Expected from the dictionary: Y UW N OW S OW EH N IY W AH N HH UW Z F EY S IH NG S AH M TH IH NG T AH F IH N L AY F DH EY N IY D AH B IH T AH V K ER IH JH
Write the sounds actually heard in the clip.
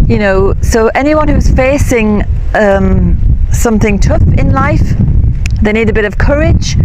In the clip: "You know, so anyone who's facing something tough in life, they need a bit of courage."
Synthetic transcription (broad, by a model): Y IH N OW S OW EH N IY W AH N HH UW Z F EY S IH NG S AH M TH IH NG T AH F IH N L AY F DH EY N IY D AH B IH T AH V K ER IH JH